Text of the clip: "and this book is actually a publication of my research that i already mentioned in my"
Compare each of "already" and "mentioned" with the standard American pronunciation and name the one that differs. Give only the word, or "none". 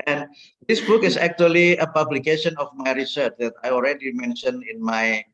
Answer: mentioned